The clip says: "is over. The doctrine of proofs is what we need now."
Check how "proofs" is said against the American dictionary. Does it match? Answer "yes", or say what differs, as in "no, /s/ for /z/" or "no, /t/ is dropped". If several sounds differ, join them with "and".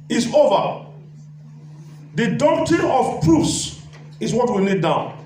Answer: no, /f/ is dropped